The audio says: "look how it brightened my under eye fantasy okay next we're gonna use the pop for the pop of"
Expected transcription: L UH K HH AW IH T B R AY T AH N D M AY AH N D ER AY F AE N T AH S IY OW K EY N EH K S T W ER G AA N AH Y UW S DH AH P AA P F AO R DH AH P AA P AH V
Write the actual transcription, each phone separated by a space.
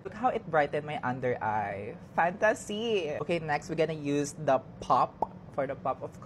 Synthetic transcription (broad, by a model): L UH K HH AW IH T B R AY T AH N M AY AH N D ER AY F AE N T AH S IY OW K EY N EH K S T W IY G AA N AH Y UW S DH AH P AA P F AO R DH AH P AA P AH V